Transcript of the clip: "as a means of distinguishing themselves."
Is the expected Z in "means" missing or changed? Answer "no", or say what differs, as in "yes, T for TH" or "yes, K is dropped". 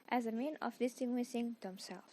yes, Z is dropped